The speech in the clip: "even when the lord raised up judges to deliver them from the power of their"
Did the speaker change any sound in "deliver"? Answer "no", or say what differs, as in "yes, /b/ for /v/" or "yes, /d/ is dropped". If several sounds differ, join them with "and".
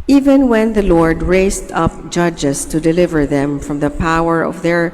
no